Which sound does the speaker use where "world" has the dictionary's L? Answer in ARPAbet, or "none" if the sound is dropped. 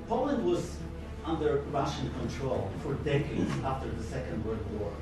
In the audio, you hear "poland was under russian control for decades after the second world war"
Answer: none